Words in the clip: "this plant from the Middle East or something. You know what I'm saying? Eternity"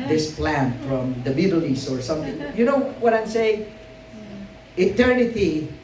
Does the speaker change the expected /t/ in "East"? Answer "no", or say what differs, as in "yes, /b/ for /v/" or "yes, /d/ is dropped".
yes, /t/ is dropped